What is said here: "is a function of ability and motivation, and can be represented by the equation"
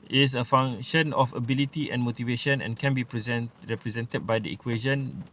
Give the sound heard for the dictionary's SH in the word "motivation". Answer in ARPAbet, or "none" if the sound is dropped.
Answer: SH